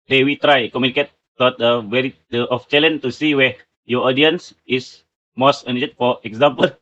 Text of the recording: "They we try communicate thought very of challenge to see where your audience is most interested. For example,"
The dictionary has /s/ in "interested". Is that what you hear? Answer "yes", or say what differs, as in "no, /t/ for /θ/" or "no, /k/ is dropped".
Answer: no, /s/ is dropped